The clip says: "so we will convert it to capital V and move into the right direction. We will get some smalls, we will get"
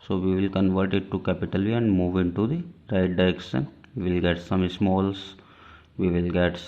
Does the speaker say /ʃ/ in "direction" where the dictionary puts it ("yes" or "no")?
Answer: no